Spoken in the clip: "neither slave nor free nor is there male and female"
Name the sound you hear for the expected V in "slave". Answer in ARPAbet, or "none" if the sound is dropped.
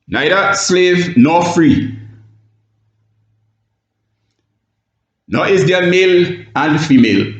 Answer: V